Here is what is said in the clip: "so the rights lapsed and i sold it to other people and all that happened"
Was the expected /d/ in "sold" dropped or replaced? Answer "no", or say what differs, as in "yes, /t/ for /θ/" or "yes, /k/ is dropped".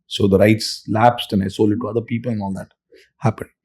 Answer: yes, /d/ is dropped